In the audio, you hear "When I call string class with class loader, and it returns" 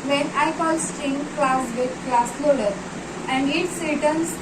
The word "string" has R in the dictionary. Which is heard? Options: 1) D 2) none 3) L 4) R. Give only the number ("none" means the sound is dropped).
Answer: 2